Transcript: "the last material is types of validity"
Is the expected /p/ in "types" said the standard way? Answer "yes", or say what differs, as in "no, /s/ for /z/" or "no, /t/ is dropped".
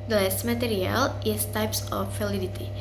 yes